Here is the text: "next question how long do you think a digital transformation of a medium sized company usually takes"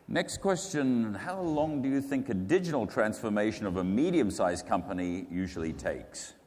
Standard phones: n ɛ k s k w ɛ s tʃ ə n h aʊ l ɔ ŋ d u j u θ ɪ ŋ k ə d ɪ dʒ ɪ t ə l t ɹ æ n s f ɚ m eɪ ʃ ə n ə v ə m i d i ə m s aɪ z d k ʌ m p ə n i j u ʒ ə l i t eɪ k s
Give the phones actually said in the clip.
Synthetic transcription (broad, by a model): n ɛ k s k w ɛ s tʃ ə n h aʊ l ɔ ŋ d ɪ j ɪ θ ɪ ŋ k ə d ɪ dʒ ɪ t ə l t ɹ æ n s f ɚ m eɪ ʃ ə n ə v ə m i d i ə m s aɪ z k ʌ m p ə n i j u ʒ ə l i t eɪ k s